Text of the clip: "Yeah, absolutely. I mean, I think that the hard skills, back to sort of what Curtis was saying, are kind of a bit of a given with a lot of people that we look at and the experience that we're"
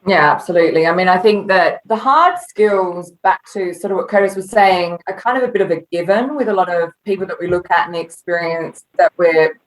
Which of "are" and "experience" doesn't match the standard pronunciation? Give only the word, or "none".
none